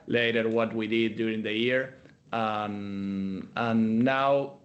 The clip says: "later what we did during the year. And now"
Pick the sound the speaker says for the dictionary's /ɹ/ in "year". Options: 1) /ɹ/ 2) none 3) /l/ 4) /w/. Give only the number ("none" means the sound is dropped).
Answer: 1